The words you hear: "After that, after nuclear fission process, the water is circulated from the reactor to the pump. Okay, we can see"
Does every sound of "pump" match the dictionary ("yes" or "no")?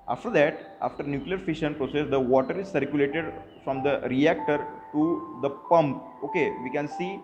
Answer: yes